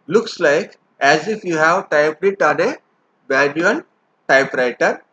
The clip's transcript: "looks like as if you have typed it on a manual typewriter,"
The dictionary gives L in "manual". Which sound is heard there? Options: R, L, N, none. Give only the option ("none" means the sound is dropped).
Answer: N